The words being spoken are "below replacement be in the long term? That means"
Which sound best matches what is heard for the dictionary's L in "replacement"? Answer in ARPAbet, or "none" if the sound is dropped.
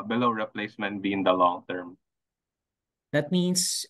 L